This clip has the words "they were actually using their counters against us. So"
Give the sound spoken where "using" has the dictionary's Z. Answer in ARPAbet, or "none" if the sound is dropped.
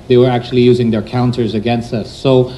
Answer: Z